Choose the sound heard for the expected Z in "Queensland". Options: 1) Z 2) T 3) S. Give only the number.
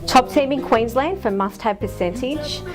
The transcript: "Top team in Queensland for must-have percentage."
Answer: 1